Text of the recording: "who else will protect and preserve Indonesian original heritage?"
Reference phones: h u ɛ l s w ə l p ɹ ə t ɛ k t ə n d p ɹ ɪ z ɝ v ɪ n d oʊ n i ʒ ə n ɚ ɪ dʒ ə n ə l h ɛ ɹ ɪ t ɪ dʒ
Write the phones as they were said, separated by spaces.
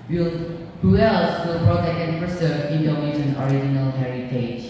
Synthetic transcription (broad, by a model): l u ɛ l s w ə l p ɹ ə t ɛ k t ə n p ɹ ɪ s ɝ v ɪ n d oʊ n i ʃ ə n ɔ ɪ dʒ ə n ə l h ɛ ɹ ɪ t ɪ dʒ